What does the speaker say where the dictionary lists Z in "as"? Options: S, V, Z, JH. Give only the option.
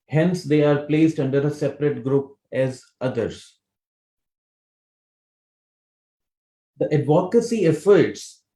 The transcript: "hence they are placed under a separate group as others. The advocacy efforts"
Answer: Z